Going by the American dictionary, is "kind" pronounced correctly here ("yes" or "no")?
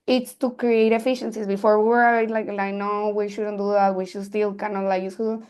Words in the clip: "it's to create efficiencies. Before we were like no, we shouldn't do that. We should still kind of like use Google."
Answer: no